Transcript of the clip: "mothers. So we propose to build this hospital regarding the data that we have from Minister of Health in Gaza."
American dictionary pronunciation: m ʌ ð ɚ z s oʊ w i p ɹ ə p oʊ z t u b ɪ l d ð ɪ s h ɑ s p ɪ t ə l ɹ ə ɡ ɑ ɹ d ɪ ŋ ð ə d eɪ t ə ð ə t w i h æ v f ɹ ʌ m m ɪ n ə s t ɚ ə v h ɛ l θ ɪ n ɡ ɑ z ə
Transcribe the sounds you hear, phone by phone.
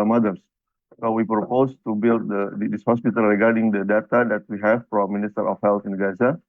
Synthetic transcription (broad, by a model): m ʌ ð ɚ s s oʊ w i p ɹ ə p oʊ s t u b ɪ l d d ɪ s h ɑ s p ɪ t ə l ɹ ə ɡ ɑ ɹ d ɪ ŋ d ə d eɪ t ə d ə t w i h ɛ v p ɹ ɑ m m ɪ n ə s t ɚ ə f h ɛ l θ ɪ n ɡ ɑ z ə